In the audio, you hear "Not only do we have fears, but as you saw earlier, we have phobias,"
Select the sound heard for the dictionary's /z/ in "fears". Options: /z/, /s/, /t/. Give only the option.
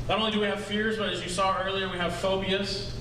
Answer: /z/